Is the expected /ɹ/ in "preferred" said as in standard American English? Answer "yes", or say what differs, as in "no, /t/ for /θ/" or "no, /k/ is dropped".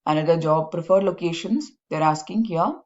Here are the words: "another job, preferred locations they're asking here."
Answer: yes